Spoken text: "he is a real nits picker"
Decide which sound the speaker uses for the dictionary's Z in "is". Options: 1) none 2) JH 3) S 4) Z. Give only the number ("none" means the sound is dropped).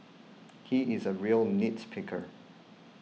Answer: 4